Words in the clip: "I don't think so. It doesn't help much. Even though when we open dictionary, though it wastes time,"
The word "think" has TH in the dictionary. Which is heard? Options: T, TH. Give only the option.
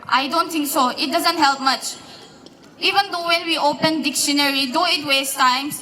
T